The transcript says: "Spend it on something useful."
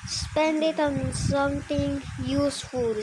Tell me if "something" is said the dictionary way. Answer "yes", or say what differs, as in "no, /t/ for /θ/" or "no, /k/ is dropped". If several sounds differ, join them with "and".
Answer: no, /t/ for /θ/